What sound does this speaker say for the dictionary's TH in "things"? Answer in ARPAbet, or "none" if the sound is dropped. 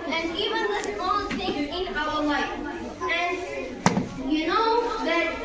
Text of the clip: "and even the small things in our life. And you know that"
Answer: S